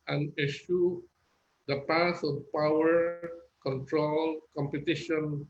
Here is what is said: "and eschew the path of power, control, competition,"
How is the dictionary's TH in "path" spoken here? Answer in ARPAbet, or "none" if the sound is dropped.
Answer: S